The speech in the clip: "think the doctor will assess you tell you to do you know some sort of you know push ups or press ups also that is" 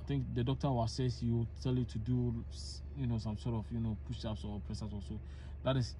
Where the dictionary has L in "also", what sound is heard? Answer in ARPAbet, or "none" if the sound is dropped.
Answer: none